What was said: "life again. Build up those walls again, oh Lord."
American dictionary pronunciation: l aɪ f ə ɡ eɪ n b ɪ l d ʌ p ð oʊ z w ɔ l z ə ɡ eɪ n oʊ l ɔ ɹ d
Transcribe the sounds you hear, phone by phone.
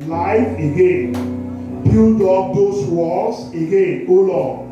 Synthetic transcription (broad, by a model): l aɪ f ə ɡ eɪ n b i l d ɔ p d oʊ s w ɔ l s ə ɡ eɪ n oʊ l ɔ